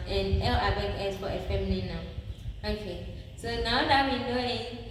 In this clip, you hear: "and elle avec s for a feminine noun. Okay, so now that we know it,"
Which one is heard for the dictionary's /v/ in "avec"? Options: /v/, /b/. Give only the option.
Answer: /b/